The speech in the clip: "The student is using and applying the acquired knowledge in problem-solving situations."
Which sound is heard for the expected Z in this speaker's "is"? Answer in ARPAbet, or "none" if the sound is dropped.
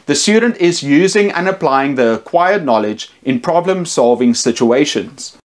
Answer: Z